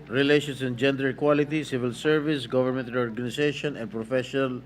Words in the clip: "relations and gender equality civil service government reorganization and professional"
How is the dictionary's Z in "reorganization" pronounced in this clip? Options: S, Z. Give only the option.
S